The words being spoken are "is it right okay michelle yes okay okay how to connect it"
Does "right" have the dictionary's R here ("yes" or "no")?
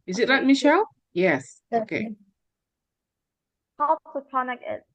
no